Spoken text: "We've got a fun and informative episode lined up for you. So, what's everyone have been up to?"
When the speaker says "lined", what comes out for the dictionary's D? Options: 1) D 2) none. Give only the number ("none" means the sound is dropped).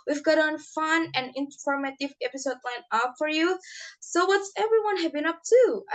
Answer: 2